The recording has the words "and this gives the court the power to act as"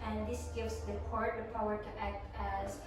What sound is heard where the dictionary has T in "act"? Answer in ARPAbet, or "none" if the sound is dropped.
T